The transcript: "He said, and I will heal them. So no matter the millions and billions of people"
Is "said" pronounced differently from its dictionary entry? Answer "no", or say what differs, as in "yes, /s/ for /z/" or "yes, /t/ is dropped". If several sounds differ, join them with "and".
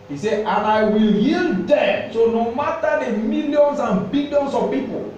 yes, /d/ is dropped